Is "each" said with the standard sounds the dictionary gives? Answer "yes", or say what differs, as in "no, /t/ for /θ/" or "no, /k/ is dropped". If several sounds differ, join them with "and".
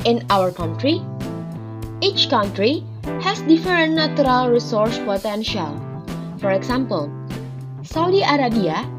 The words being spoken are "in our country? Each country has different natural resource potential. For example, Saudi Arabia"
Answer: yes